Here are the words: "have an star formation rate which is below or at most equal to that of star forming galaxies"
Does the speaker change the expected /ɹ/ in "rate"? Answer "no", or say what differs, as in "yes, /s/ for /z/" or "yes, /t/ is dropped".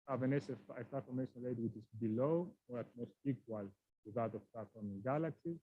yes, /l/ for /ɹ/